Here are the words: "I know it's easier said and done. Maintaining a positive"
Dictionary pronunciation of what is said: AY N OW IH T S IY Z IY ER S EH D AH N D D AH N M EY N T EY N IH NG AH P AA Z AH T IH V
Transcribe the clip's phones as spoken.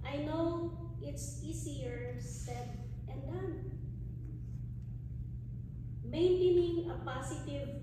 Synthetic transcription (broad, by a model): AY N OW IH T S IY S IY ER S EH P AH N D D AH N M EY N T EY N IH NG AH P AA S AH T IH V